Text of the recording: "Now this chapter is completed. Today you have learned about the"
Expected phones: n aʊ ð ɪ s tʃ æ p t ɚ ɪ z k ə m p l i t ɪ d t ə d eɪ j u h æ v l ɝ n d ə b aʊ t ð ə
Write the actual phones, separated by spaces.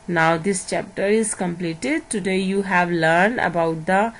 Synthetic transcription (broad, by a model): n aʊ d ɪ s tʃ æ p t ɚ ɪ z k ə m p l i t ɪ d t ə d eɪ j u h æ v l ɝ n d ə b aʊ t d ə